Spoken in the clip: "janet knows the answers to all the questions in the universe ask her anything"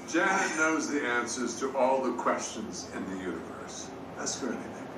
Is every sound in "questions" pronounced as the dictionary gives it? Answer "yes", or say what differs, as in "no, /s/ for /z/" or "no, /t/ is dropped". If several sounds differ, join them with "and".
yes